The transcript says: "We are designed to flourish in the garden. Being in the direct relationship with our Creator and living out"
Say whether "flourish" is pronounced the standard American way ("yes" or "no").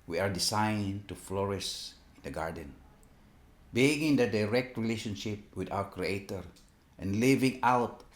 no